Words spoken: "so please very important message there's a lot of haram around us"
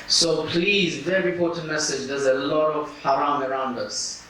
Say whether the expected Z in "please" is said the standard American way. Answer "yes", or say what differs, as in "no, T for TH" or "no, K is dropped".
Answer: yes